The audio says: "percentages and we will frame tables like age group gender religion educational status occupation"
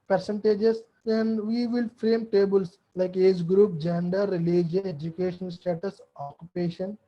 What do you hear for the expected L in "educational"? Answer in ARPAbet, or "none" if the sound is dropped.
N